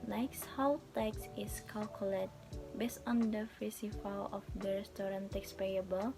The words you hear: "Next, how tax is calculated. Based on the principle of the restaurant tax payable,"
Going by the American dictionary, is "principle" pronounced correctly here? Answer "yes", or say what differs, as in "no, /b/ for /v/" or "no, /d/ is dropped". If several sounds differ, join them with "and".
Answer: no, /n/ is dropped and /f/ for /p/